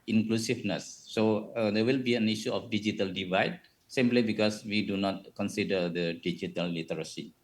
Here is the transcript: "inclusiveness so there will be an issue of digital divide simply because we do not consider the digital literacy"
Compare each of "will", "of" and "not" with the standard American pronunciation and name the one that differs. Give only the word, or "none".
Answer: of